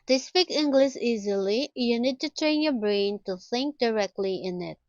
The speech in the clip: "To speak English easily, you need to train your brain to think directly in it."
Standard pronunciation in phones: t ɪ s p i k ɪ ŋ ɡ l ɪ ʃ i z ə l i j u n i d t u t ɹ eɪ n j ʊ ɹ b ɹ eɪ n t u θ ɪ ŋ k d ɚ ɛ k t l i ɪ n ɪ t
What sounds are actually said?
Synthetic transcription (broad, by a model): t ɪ s p i k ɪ ŋ ɡ l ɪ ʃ i z ə l i j u n i d t u t ɹ eɪ n j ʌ b ɹ eɪ n t u θ ɪ ŋ k d ɚ ɛ k t l i ɪ n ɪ t